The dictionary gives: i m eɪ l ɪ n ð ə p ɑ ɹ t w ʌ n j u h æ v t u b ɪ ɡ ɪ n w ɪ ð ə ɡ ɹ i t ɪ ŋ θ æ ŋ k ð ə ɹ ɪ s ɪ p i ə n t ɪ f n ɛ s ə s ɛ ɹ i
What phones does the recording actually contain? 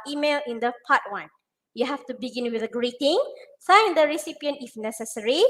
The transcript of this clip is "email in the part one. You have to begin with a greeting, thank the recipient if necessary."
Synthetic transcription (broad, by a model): i m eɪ l ɪ n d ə p ɑ t w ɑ n j u h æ f t u b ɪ ɡ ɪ n w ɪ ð ə ɡ ɹ i t ɪ ŋ s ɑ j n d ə ɹ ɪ s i p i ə n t ɪ f n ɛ s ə s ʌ ɹ i